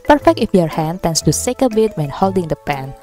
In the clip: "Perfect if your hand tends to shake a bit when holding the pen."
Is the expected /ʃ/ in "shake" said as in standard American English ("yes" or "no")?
no